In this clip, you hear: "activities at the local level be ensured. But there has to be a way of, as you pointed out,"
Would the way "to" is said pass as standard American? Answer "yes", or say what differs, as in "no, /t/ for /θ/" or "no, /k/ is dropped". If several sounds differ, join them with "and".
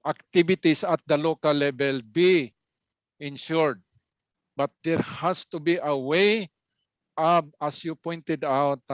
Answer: yes